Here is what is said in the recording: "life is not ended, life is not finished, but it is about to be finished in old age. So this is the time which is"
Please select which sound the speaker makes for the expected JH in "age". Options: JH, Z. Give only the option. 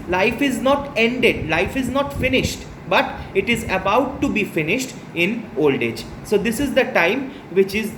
JH